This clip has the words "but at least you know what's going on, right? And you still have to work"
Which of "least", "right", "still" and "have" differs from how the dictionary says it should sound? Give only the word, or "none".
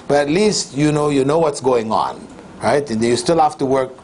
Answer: have